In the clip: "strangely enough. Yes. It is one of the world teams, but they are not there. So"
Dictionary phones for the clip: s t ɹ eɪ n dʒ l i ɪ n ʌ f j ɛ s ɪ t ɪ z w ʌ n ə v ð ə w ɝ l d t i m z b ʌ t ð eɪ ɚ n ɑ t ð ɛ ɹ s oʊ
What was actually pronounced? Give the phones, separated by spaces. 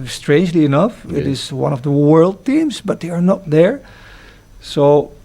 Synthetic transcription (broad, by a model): s t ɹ eɪ n dʒ l i ɪ n ʌ f ɪ t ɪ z w ʌ n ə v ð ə w ɝ l d t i m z b ʌ t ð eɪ ɚ n ɑ t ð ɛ ɹ s oʊ